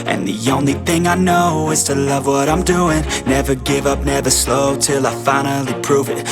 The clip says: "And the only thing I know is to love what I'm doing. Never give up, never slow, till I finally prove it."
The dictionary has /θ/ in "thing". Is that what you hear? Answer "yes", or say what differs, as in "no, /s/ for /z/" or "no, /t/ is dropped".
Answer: yes